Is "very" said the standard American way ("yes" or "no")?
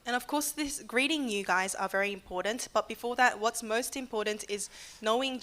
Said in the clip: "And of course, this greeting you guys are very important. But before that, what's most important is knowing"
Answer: yes